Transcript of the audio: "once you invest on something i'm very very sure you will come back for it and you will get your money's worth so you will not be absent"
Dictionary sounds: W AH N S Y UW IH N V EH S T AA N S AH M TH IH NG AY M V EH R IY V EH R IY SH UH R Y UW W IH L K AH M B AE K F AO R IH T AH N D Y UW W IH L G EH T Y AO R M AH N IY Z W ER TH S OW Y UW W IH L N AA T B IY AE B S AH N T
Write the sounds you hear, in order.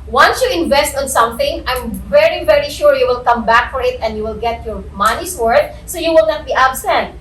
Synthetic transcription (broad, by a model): W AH N S Y UW IH N V EH S T AA N S AH M TH IH NG AY M V EH R IY V EH R IY SH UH R Y UW W IH L K AH M B AE K F AO R IH T AH N D Y UW W IH L G EH T Y AO R M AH N IY S W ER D S OW Y UW W IH L N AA T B IY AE B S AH N T